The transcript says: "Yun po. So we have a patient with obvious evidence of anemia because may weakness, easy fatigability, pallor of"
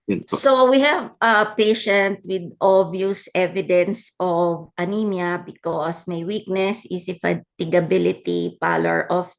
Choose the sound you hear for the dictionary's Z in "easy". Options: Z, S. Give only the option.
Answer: S